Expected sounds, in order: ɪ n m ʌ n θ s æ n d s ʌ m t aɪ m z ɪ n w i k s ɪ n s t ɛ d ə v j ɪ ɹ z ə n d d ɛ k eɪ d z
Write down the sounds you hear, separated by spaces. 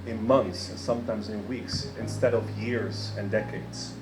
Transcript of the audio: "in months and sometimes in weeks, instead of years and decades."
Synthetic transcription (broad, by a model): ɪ n m ʌ n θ s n s ʌ m t aɪ m z ɪ n w i k s ɪ n s t ɛ d ə v j ɪ ɹ z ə n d d ɛ k eɪ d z